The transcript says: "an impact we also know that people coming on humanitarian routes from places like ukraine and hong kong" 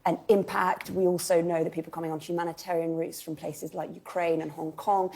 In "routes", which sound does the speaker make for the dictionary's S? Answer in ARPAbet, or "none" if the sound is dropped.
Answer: S